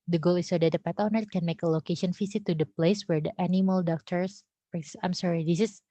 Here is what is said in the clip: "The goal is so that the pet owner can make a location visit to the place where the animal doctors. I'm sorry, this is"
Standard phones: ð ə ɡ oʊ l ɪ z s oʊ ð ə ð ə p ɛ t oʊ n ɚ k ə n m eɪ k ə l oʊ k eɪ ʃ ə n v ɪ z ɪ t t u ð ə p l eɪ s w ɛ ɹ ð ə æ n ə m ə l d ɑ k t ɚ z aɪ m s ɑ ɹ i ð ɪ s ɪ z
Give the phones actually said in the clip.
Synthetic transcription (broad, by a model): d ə ɡ oʊ l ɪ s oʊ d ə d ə p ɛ t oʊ n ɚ k ə n m eɪ k ə l oʊ k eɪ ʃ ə n f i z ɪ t t u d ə p l eɪ s w ɛ ɹ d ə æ n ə m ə l d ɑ k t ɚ s aɪ m s ɑ ɹ i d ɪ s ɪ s